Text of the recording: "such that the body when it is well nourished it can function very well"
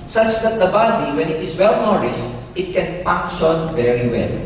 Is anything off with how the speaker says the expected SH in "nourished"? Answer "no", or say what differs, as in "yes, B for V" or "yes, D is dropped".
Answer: yes, S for SH